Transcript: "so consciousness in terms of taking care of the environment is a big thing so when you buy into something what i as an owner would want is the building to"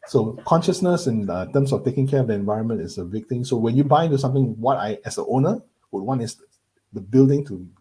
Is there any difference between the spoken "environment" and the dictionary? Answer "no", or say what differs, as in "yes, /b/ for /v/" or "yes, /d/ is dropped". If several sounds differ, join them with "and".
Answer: no